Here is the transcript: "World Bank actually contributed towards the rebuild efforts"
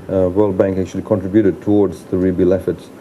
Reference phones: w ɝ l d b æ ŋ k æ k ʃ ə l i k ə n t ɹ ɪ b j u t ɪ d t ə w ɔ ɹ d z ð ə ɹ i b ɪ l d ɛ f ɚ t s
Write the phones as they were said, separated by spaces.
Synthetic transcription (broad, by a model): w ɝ l d b æ ŋ k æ k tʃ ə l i k ə n t ɹ ɪ b j u t ɪ d t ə w ɔ ɹ d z ð ə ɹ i b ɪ l ɛ f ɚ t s